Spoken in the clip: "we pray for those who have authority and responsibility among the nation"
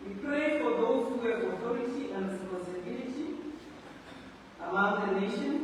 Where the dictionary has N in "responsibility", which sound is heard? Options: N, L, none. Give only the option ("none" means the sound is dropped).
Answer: none